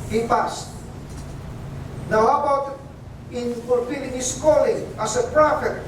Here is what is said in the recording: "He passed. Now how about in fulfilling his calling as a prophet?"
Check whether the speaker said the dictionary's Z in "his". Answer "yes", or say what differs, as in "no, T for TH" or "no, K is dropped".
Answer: no, S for Z